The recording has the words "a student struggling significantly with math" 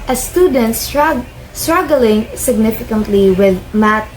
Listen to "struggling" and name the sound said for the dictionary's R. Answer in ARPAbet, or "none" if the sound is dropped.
R